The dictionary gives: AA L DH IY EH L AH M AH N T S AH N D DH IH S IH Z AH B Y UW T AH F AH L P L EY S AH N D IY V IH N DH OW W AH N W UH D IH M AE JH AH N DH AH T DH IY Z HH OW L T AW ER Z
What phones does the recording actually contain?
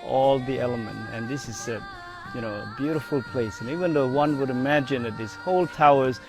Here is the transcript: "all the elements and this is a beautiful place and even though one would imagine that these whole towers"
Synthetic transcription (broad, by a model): AA L DH IY EH L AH M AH N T AH N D DH IH S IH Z AH B Y UW T AH F AH L P L EY S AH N IY V IH N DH OW W AH N W UH D IH M AE JH AH N DH AH T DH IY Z HH OW L T AW ER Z